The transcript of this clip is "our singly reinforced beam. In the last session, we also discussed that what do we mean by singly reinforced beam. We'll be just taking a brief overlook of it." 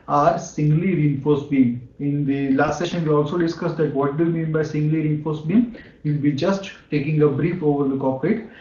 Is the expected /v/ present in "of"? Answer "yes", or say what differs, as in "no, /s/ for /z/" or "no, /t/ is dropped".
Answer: no, /p/ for /v/